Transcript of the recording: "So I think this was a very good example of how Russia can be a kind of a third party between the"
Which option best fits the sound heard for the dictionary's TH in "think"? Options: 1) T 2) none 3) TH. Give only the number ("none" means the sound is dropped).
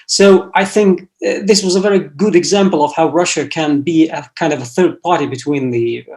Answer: 3